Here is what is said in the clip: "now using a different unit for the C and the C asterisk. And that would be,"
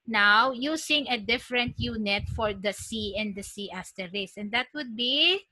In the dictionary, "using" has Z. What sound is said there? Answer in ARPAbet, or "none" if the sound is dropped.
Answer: S